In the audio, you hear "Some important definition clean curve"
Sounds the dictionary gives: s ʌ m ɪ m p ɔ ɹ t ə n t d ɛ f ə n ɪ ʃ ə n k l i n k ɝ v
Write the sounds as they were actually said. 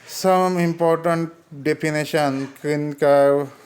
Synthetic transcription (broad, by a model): s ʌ m ɪ m p ɔ ɹ t ə n t d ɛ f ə n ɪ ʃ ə n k i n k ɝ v